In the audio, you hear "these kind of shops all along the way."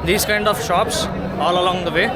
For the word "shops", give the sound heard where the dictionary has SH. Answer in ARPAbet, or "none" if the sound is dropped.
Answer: SH